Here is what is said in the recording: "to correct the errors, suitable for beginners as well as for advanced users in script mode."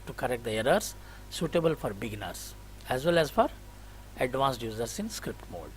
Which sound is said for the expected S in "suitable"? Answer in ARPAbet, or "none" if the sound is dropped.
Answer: S